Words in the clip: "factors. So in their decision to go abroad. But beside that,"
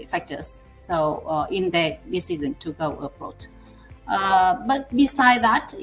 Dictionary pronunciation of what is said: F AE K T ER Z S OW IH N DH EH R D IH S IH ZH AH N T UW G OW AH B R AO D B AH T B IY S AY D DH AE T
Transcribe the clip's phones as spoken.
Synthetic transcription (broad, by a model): F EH K T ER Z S OW IH N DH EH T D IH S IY Z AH N T UW G OW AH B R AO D B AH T B IY S AY D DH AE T